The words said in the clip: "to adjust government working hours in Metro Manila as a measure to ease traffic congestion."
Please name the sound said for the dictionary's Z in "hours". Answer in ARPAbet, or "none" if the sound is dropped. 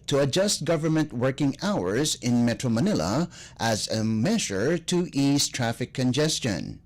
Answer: Z